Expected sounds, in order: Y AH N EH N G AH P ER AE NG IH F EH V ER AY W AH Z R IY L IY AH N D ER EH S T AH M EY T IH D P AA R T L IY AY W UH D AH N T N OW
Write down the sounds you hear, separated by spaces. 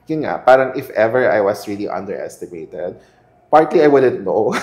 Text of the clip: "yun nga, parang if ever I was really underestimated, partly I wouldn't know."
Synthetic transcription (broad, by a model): Y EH N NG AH P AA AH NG IH F EH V ER AY W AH S R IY L IY AH N D ER EH S T AH M EY T IH D P AA R T L IY AY W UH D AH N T N OW